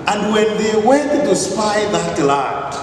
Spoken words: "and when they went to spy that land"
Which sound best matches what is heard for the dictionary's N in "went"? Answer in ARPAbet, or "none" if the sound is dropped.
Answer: none